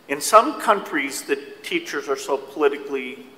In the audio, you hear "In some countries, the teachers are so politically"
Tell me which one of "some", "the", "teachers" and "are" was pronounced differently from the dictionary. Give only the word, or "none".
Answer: none